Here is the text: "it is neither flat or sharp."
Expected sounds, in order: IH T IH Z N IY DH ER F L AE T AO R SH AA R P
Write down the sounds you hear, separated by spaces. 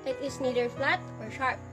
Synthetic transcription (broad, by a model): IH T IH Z N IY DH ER F L AE T AO R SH AA R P